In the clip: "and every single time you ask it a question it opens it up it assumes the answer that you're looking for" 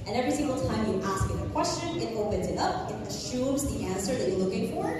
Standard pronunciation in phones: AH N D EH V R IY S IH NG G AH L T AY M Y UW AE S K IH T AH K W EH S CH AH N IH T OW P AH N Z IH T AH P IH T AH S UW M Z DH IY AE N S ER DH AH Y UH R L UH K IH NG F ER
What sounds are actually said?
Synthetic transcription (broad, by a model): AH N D EH V R IY S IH NG G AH L T AY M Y AE S K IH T AH K W EH S CH AH N IH T OW P AH N Z IH T AH P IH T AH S UW M Z DH IY AE N S ER DH AH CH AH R L UH K IH NG F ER